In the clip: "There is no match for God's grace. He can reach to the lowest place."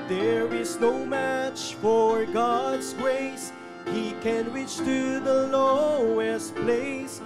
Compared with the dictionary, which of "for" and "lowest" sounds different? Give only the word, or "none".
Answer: none